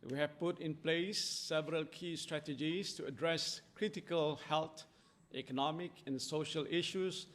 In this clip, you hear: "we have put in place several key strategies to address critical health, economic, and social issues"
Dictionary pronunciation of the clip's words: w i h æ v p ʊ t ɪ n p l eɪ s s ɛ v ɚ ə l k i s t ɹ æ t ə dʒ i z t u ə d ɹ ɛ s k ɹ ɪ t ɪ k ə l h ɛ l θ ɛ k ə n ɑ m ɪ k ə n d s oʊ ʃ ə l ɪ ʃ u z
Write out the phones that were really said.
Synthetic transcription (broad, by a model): w i h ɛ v p ʊ t ɪ n p l eɪ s s ɛ v ɚ ə l k i s t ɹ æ t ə dʒ i s t u ə d ɹ ɛ s k ɹ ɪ t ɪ k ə l h ɛ l t ɛ k ə n ɑ m ɪ k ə n s oʊ ʃ ə l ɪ ʃ u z